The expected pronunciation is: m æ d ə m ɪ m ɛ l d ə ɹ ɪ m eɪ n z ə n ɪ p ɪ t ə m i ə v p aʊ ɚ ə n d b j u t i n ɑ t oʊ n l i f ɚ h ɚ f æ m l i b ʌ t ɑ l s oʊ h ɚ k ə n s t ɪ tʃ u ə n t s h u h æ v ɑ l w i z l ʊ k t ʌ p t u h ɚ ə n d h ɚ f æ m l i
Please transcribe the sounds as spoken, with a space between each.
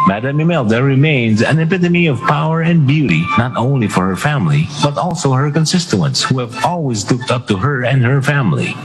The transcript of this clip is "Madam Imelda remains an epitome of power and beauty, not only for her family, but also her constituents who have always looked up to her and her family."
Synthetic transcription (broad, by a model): m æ d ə m ɪ m ɛ l d ə ɹ ɪ m eɪ n z ə n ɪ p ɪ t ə m i ə v p aʊ ɚ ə n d b j u t i n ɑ t oʊ n l i f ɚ h ɚ f æ m l i b ʌ t ɑ l s oʊ h ɚ k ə n s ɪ s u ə n t s h u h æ v ɑ l w i z l ʊ k t ʌ p t u h ɚ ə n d h ɚ f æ m l i